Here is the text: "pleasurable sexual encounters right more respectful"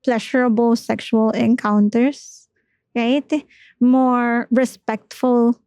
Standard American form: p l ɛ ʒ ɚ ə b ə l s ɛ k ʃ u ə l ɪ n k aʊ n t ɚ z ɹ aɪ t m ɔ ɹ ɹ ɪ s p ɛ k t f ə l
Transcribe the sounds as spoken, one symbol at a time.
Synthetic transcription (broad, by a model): p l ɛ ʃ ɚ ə b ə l s ɛ k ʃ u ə l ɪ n k aʊ n t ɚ s ɹ aɪ t m ɔ ɹ ɹ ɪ s p ɛ k t f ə l